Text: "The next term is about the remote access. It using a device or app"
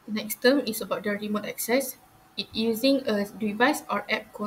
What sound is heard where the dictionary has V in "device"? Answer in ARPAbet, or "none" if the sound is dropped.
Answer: V